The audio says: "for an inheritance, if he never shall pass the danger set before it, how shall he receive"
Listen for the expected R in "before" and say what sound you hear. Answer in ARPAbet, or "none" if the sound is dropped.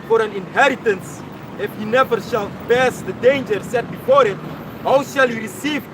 R